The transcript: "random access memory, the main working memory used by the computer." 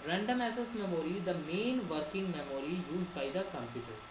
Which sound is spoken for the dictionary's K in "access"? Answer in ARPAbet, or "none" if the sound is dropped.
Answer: none